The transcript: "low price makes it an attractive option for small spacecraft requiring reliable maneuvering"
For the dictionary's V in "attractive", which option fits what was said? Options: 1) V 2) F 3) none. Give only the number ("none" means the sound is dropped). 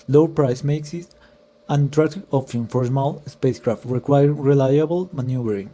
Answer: 3